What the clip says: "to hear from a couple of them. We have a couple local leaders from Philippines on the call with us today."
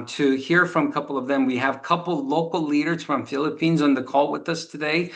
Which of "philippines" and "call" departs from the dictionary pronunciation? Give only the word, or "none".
none